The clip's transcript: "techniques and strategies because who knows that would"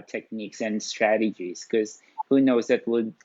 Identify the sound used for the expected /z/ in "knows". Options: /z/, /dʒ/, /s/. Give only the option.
/z/